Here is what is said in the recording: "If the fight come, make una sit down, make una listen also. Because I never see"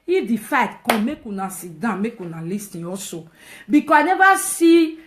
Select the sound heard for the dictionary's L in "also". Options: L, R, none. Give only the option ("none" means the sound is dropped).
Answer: none